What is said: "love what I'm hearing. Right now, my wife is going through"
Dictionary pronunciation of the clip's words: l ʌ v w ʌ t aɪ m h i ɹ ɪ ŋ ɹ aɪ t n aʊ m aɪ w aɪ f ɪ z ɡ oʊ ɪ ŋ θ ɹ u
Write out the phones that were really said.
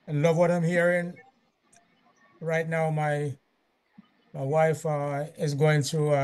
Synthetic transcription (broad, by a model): l ʌ v w ʌ t aɪ m h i ɹ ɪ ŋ ɹ aɪ t n aʊ m aɪ w aɪ f ɪ z ɡ oʊ ɪ ŋ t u